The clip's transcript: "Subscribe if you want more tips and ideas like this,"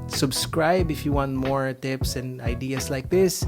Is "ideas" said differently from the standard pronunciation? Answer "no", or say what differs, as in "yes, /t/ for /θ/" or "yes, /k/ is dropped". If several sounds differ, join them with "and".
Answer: yes, /s/ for /z/